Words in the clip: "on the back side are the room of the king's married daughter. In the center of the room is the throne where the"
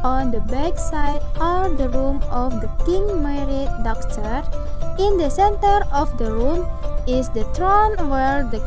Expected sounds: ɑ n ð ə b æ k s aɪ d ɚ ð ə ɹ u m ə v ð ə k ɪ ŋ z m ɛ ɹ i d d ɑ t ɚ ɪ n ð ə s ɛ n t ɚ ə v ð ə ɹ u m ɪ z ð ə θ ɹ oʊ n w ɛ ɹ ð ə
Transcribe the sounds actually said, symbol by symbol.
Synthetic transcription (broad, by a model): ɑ n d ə b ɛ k s aɪ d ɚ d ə ɹ u m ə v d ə k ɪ ŋ m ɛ ɹ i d d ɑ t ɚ ɪ n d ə s ɛ n t ɚ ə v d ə ɹ u m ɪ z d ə t ɹ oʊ n w ɛ ɹ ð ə